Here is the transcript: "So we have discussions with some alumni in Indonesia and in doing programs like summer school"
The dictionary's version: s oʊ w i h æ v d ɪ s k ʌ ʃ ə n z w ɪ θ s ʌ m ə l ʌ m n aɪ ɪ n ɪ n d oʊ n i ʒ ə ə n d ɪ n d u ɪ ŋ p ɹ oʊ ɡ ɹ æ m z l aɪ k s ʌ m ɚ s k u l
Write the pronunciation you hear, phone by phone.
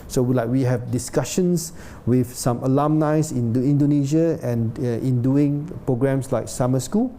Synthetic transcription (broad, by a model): s oʊ w i h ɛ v d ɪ s k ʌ ʃ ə n s w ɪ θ s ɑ m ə l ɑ m n aɪ ɪ n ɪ n d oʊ n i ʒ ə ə n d ɪ n d u ɪ ŋ p ɹ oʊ ɡ ɹ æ m s l aɪ k s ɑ m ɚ s k u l